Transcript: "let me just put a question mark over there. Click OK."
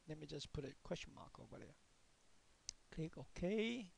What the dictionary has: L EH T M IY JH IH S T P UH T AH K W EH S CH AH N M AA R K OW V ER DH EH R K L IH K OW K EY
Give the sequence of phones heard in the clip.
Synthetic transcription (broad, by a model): L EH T M IY JH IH S P UH T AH K W EH S CH AH N M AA K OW ER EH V K L IH K OW K EY